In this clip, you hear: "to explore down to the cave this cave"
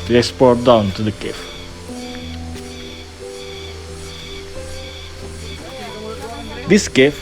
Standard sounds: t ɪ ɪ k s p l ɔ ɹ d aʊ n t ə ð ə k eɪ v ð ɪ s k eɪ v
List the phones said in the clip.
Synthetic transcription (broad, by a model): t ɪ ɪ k s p ɔ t d aʊ n t ə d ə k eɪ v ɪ s k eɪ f